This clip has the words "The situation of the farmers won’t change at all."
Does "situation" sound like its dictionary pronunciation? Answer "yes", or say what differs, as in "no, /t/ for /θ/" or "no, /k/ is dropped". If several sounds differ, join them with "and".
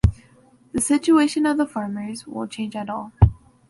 yes